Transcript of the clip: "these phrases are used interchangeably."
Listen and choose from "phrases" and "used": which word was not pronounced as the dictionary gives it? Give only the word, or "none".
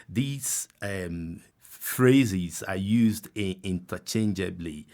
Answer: none